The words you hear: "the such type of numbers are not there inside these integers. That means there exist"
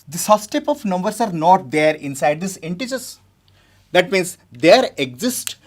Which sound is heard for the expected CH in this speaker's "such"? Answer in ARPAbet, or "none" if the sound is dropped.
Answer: S